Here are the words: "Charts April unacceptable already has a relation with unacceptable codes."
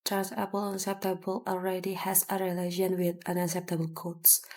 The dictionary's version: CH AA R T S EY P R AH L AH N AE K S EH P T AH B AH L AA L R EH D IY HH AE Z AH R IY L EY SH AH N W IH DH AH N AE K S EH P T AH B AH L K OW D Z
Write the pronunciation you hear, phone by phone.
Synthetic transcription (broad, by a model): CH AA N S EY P AH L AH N S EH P T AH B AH L AA L R EH D IY HH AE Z AH R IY L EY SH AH N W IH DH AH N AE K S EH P T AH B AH L K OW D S